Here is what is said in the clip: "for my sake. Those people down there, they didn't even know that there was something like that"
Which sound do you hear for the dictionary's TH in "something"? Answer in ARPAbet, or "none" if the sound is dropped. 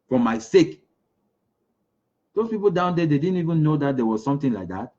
T